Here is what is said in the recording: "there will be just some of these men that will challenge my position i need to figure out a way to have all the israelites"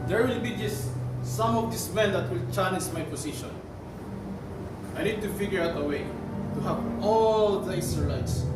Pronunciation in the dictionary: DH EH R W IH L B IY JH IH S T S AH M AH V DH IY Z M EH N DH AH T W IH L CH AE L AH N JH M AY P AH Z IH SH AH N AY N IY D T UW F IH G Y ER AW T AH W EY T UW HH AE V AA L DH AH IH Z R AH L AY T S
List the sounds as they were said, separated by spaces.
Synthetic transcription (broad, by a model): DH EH R W IH L B IY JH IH S S AH M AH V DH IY S M EH N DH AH T W IH L CH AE N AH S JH M AY P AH S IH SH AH N AY N IY D T UW F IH G Y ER AW T AH W EY T UW HH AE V AA L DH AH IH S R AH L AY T S